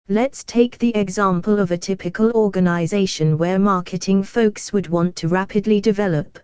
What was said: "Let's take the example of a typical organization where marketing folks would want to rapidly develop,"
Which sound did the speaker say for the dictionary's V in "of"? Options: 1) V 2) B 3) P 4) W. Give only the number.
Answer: 1